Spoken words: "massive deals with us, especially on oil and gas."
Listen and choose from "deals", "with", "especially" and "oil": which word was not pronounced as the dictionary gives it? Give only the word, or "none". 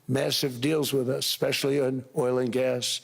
none